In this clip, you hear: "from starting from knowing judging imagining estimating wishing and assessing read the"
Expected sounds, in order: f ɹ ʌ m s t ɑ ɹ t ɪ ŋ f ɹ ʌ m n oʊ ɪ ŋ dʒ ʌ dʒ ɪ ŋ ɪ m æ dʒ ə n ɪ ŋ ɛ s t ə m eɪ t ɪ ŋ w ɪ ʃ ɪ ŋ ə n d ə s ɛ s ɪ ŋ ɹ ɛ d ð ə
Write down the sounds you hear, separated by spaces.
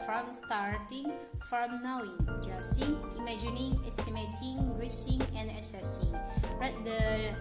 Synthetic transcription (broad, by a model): f ɹ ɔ m s t ɑ ɹ t ɪ ŋ f ɹ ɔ m n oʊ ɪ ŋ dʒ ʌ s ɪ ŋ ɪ m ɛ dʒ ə n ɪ ŋ ɛ s t ə m eɪ t ɪ ŋ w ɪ s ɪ ŋ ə n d ə s ɛ s ɪ ŋ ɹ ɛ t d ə